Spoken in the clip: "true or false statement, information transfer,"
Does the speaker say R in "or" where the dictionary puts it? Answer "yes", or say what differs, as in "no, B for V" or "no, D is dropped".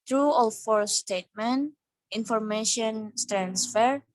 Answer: no, L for R